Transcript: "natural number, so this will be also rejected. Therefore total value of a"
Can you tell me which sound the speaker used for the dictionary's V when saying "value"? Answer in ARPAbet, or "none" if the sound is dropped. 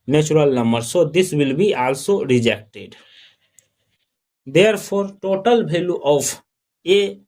B